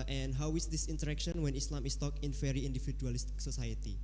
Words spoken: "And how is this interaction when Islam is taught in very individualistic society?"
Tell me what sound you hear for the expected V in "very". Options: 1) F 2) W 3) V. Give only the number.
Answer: 1